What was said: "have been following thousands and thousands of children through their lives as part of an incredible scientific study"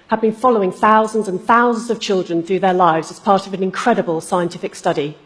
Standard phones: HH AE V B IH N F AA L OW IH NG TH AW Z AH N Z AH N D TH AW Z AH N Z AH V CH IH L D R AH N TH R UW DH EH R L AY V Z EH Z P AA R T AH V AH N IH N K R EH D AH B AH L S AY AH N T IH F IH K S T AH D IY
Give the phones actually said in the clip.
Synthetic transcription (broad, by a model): HH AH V B IH N F AA L OW IH NG TH AW Z AH N Z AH N TH AW Z AH N Z AH V CH IH L D R AH N TH R UW DH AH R L AY V Z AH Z P AA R T AH V AH N IH N K R EH D AH B AH L S AY AH N T IH F IH K S T AH D IY